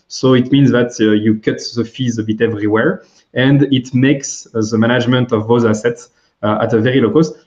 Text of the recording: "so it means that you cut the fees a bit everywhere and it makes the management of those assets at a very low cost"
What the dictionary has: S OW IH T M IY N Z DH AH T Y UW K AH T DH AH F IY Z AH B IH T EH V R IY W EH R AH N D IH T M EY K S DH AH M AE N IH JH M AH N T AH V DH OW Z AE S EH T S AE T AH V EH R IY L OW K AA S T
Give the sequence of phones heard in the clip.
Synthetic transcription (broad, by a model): S OW IH T M IY N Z DH AH T Y UW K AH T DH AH F IY Z AH B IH T EH V R IY W EH R AH N D IH T M EY K S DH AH M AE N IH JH M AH N T AH V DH OW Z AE S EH T S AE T AH V EH R IY L OW K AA S T